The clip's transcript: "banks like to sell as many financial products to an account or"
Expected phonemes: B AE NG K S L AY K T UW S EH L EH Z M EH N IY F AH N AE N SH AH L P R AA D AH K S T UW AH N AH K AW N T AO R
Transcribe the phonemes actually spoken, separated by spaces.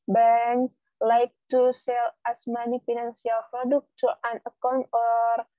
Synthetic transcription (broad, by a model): B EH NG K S L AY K T UW S EH L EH S M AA N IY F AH N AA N S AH L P R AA D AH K T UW AH N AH K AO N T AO R